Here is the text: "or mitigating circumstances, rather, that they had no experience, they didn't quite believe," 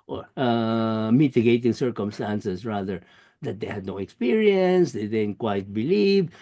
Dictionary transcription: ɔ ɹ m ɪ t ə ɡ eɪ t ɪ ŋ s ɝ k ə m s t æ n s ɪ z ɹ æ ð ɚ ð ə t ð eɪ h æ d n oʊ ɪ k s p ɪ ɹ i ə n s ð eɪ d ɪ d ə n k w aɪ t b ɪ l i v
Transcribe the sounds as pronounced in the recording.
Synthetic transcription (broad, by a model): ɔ ɹ m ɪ t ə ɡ eɪ t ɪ ŋ s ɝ k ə m s t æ n s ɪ s ɹ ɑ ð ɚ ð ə t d eɪ h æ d n oʊ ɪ k s p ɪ ɹ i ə n s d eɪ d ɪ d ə n k w aɪ t b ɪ l i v